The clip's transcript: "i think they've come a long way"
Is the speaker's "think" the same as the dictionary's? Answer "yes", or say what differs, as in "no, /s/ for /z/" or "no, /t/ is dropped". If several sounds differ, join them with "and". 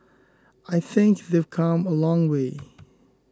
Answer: yes